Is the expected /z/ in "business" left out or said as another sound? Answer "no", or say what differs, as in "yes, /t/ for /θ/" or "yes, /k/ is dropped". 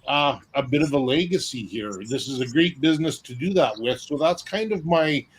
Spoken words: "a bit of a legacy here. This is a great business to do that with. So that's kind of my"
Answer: no